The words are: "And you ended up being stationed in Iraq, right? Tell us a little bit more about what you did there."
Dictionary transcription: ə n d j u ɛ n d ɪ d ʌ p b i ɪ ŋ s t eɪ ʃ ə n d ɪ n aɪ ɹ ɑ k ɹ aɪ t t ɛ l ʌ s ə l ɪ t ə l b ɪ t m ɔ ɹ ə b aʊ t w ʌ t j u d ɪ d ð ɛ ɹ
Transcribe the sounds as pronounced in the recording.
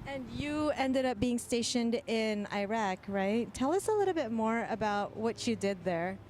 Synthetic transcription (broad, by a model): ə n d j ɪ ɛ n d ɪ d ʌ p b i ɪ ŋ s t eɪ ʃ ə n d ɪ n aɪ ɹ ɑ k ɹ aɪ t t ɛ l ʌ s ə l ɪ t l b ɪ t m ɔ ɹ ə b aʊ t w ʌ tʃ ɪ d ɪ d ð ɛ ɹ